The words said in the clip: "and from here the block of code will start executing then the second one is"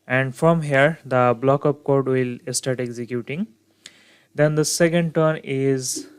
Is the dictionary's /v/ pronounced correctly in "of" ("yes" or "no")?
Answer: no